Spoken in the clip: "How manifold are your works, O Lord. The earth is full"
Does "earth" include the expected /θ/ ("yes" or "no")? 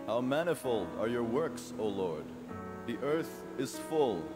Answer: yes